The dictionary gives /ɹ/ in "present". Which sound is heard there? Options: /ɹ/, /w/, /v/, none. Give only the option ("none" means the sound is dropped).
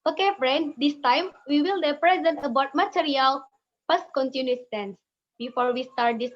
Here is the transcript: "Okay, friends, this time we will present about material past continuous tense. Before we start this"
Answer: /ɹ/